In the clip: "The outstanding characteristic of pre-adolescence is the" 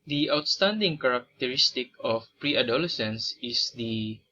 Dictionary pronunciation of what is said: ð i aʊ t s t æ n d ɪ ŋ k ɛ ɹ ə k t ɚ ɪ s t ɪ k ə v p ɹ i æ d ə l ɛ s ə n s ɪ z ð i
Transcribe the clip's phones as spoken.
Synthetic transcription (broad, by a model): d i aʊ t s t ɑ n d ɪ ŋ k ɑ ɹ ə k t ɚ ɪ s t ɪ k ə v p ɹ i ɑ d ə l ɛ s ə n s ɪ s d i